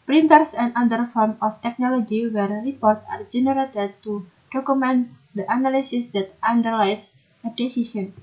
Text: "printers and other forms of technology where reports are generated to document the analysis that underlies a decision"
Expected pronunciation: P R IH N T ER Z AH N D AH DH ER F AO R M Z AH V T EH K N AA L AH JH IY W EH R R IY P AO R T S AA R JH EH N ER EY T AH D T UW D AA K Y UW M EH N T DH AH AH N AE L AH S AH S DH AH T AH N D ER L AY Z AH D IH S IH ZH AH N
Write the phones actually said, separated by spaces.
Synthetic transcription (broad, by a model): P R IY N T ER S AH N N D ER F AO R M AH F T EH K N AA L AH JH IY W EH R R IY P AO R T AA R JH EH N ER EY T AH D T UW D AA K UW M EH N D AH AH N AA L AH S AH S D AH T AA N D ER L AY S AH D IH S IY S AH N